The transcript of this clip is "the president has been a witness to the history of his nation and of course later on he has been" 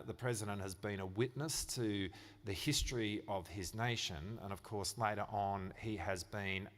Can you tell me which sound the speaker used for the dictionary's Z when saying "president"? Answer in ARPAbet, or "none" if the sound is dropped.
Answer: Z